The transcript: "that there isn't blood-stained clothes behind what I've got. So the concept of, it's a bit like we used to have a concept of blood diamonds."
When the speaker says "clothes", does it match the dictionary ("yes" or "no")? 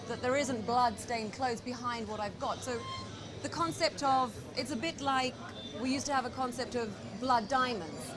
yes